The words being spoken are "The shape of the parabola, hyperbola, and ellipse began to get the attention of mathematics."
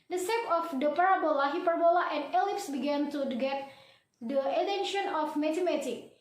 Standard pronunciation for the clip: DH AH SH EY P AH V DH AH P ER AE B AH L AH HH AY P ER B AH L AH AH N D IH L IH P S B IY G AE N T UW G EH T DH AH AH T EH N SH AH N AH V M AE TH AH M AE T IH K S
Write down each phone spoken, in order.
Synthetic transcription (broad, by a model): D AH S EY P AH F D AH P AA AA B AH L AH HH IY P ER B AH L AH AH N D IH L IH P S B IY G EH N T UW G EH T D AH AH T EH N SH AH N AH F M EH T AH M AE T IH K